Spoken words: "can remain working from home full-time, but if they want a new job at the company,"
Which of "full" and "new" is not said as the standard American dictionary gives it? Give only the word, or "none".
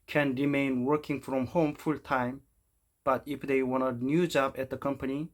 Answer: none